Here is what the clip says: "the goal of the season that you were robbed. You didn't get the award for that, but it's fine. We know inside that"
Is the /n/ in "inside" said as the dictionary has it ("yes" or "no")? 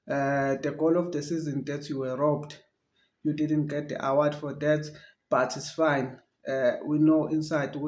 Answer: yes